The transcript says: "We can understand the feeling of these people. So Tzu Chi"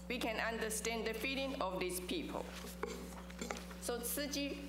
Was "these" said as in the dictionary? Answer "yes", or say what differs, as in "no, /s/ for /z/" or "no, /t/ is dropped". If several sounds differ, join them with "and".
no, /s/ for /z/